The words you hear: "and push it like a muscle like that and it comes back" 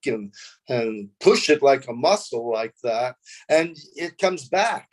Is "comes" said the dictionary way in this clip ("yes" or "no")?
yes